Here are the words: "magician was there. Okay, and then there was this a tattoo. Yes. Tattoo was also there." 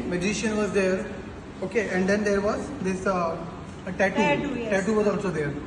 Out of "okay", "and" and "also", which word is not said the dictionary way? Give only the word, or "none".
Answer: also